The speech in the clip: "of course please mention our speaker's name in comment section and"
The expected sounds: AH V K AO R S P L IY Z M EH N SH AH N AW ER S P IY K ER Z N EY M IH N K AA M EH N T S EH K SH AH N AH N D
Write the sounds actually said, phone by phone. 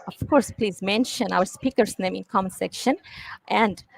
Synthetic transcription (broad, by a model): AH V K AO R S P L IY Z M EH N SH AH N AW ER S P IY K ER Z N EY M IH N K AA M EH N S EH K SH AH N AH N D